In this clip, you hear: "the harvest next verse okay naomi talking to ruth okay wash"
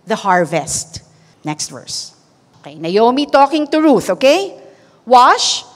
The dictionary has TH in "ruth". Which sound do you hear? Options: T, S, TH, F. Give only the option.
TH